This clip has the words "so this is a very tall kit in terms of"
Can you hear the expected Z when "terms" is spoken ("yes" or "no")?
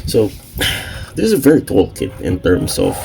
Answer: no